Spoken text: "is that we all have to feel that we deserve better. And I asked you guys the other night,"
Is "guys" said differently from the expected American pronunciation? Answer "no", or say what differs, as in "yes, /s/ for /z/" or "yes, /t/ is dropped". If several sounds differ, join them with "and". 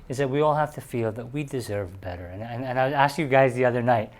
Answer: no